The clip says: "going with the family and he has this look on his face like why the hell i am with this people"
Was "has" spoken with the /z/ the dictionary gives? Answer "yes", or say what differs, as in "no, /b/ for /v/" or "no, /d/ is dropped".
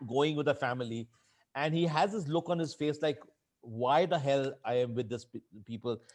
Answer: yes